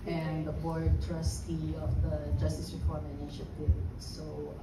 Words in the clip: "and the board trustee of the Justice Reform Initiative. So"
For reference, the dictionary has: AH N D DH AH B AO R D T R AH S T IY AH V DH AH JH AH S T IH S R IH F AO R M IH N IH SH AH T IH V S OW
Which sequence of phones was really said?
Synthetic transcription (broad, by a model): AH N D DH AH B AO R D T R AH S T IY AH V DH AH JH AH S T IH S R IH P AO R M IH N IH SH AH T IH S OW